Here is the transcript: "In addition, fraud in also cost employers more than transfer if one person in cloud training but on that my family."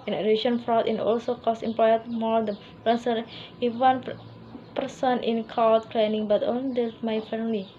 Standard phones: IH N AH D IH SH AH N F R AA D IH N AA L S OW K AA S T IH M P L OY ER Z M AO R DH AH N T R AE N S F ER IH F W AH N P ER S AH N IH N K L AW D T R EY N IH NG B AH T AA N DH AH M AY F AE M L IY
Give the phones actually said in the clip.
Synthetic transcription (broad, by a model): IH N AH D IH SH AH N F R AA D IH N AA L S OW K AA S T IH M P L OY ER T M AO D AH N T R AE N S ER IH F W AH N P ER S AH N IH N K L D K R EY N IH NG B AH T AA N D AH M AY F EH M L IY